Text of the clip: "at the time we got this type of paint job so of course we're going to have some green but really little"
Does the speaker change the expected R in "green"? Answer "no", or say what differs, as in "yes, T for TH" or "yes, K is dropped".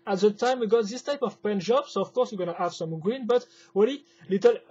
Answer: no